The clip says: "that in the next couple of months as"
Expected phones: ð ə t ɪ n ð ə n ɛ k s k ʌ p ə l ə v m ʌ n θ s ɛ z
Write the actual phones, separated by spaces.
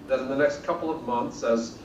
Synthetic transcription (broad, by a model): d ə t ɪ n ð ə n ɛ k s k ʌ p l ə v m ʌ n θ s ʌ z